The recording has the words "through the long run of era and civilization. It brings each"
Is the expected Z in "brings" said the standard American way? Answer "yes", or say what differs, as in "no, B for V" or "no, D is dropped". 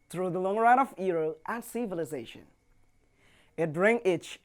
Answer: no, Z is dropped